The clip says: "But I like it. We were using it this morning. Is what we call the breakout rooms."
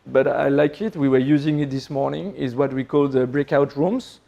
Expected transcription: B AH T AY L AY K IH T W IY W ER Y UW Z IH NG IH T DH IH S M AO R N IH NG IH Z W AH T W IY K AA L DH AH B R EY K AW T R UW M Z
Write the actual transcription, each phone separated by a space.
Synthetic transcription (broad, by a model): B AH T AY L AY K IH T W IY W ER Y UW Z IH NG IH T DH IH S M AO R N IH NG IH Z W AH T W IY K AA L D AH B R EY K AW T R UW M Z